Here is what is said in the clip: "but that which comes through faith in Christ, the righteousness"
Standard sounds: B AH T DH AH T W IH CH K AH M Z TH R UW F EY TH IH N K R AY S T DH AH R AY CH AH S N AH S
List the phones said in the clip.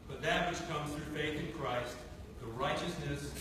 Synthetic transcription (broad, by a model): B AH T DH AH T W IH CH K AH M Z TH R UW F EY TH IH N K R AY S T DH AH R AY CH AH S N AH S